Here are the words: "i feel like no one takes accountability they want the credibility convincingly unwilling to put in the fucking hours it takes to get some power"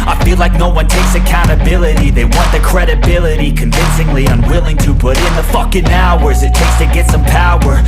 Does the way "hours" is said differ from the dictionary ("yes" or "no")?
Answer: no